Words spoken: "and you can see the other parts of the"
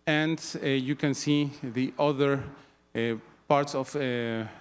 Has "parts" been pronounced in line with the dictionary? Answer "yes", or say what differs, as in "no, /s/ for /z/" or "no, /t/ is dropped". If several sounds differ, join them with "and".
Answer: yes